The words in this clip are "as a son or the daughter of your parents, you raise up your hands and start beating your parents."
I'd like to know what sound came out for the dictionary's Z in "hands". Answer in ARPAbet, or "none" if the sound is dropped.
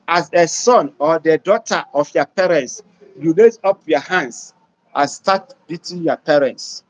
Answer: S